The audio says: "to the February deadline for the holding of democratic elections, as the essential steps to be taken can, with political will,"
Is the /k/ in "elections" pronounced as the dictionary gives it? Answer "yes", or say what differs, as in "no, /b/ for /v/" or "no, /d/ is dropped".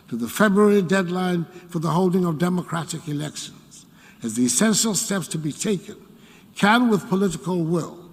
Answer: yes